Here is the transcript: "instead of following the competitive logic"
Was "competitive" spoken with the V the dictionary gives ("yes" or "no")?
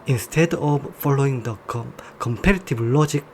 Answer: no